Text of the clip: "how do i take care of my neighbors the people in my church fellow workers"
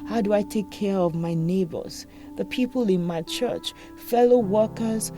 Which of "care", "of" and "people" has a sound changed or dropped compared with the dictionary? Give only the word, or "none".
none